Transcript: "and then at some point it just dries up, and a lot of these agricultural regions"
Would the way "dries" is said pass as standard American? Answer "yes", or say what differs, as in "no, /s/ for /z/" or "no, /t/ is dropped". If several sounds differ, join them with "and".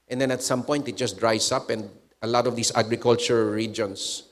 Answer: no, /s/ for /z/